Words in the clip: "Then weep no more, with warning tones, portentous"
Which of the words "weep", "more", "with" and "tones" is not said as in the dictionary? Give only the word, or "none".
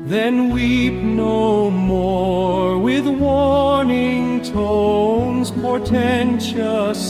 none